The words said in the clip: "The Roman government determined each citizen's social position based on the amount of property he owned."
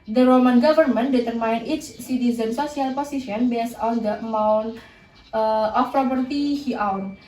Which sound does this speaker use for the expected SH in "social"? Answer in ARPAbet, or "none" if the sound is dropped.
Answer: S